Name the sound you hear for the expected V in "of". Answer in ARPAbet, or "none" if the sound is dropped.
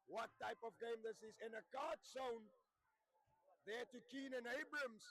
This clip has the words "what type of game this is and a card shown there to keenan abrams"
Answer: V